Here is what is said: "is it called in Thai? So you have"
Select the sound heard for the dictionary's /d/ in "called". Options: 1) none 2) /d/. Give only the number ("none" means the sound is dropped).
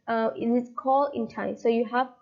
1